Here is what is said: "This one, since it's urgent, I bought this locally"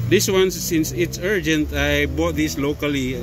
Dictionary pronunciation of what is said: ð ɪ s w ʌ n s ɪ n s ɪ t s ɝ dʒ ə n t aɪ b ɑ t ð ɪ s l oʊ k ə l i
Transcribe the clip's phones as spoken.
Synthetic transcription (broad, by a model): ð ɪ s w ʌ n s ɪ n s ɪ t s ɝ dʒ ə n t aɪ b ɑ t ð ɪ s l oʊ k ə l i